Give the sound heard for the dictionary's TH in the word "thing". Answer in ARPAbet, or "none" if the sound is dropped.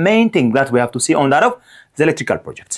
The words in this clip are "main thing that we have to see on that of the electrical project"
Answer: T